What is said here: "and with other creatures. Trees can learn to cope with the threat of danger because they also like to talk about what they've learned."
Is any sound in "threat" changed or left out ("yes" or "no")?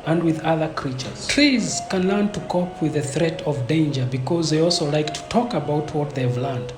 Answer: no